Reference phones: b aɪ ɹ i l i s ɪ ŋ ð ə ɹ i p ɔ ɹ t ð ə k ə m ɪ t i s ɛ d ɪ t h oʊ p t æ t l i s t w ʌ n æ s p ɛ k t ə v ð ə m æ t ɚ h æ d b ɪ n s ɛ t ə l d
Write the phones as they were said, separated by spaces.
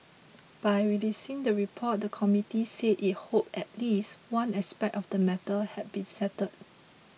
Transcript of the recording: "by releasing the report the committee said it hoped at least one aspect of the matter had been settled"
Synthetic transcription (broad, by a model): b aɪ ɹ i l i s ɪ ŋ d ə ɹ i p ɔ t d ə k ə m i t i s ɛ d ɪ t h oʊ p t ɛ t l i s t w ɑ n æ s p ɛ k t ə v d ə m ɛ t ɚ h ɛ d b ɪ n s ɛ t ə d